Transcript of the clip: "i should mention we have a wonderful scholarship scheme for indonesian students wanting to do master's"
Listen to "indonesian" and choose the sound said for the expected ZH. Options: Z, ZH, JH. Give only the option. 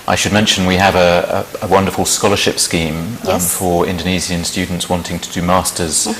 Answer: Z